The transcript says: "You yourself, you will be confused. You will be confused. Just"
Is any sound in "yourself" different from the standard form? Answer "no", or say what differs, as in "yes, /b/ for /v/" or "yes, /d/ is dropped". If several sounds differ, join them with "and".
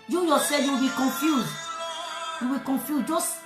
yes, /l/ is dropped